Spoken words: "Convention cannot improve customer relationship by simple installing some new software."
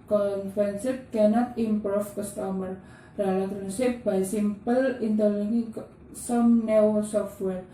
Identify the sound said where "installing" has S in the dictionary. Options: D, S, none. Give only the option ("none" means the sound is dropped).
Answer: none